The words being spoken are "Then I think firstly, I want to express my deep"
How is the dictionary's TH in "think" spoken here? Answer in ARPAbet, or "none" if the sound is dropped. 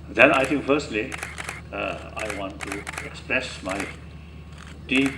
T